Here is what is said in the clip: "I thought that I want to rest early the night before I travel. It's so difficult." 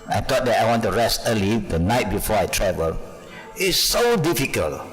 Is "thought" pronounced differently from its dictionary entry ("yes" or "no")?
yes